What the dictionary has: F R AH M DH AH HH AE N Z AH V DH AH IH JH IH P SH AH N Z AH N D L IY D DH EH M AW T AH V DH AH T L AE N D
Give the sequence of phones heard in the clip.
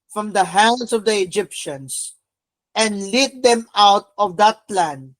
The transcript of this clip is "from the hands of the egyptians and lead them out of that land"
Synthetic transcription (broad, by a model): F R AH M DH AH HH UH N S AH V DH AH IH JH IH P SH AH N S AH N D L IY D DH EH M AW T AH V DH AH T L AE N D